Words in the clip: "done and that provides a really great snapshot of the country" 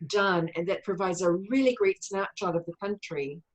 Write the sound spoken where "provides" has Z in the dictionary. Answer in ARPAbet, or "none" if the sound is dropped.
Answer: Z